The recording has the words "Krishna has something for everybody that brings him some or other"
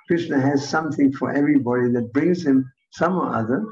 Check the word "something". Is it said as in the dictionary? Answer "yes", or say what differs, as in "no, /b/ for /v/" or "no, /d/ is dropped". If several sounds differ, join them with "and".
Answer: yes